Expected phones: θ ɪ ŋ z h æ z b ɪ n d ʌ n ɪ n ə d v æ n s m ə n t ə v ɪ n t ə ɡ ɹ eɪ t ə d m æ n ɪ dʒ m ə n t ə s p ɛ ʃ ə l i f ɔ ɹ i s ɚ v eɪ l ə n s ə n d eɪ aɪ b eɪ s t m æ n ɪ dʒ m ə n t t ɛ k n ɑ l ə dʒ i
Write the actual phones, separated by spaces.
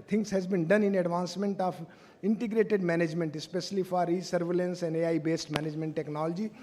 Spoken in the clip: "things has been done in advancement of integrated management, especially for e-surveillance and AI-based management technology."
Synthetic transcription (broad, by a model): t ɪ ŋ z h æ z b ɪ n d ʌ n ɪ n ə d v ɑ n s m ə n t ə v ɪ n t ə ɡ ɹ eɪ t ə d m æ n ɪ dʒ m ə n t ə s p ɛ ʃ ə l i f ɔ ɹ i s ɚ v eɪ l ə n s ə n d eɪ aɪ b eɪ s t m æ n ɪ dʒ m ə n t t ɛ k n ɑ l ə dʒ i